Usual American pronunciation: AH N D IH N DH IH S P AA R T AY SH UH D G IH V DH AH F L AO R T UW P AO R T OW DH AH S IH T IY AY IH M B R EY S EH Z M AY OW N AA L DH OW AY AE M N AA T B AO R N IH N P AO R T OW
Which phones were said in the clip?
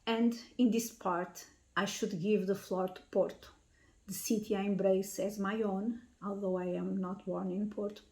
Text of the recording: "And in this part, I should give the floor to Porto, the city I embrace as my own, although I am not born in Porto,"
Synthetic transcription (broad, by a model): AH N D IH N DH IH S P AA R T AY SH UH D G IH V DH AH F L AO R T UW P AO R T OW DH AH S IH T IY AY IH M B R EY S EH Z M AY OW N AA L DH OW AY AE M N AA T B AO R N IH N P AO R T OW